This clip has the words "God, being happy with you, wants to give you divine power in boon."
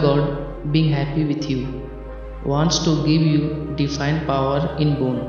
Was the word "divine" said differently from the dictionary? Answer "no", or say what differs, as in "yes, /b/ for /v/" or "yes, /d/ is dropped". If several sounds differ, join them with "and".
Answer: yes, /f/ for /v/